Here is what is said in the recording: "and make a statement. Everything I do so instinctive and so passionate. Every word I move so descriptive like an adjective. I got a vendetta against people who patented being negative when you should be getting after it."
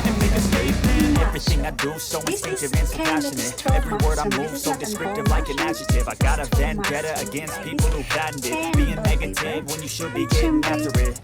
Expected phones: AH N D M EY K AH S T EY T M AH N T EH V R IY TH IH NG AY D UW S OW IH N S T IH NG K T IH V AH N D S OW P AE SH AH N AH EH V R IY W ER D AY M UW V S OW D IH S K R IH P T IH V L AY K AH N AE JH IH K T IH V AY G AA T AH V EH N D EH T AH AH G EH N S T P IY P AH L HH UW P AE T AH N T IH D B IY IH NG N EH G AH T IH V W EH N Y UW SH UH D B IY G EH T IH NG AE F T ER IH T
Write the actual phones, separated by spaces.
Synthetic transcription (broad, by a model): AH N M EY K AH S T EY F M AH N EH V R IY TH IH NG AY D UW S OW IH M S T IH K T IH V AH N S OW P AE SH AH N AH EH V R IY W ER D AY M UW V S OW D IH S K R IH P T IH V L AY K AH N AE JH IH T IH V AY G AA T AH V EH N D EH T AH AH G EH N S T P IY P L HH UW B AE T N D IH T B IY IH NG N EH G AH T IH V W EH N Y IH SH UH D B IY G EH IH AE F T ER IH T